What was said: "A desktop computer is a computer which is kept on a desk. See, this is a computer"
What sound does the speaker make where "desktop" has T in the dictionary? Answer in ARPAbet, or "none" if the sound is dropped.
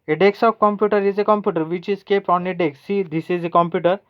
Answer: S